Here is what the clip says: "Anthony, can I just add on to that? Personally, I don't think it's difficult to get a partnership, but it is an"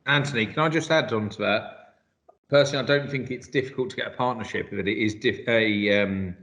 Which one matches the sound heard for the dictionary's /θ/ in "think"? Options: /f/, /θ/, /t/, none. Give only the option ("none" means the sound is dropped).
/θ/